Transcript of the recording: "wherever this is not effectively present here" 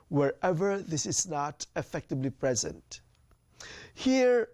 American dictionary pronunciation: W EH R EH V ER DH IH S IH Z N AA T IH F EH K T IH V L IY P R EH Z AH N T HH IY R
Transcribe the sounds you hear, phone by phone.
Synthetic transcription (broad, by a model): W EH R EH V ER DH IH S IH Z N AA T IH F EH K T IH B L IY P R EH Z AH N T HH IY R